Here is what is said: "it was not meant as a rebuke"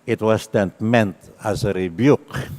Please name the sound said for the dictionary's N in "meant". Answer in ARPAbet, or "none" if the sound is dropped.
N